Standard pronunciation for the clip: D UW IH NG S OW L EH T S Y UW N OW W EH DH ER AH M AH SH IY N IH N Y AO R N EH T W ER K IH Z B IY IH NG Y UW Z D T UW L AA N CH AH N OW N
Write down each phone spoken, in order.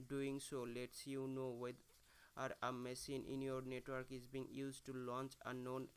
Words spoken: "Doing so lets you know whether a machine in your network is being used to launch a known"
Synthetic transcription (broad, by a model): D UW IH NG S OW L EH T S Y UW N OW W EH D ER AH M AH S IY N IH N Y AO R N EH T W ER K IH Z B IY NG Y UW Z D T UW L AA N CH AH N OW N